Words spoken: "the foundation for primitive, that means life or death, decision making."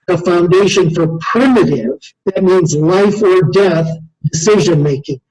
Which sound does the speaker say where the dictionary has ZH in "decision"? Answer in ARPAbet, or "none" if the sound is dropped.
ZH